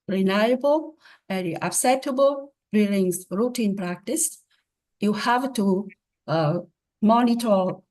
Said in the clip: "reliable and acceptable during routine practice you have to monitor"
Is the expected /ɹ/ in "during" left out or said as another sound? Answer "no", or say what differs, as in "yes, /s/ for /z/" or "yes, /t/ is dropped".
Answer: yes, /l/ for /ɹ/